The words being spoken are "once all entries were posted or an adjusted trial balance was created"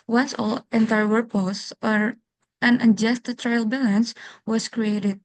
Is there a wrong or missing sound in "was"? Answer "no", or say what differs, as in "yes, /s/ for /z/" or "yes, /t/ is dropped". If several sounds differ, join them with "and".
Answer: yes, /s/ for /z/